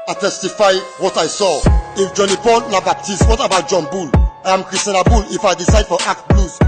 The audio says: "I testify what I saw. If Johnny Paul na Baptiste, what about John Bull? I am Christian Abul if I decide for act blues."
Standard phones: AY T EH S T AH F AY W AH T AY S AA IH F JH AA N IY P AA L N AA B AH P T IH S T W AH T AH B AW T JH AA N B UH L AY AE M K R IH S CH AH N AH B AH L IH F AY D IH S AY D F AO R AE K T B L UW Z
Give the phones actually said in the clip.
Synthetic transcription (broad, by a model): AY T EH S T AH F AY W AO T AY S AA IH F JH AA N IY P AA N AA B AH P T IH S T W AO T AH B AW T JH AA N B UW L AY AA M K R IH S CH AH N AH B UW L IH F AY D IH S AY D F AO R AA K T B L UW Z